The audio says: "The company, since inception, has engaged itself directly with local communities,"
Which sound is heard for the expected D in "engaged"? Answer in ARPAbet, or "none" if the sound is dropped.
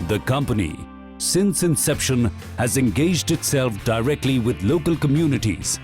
D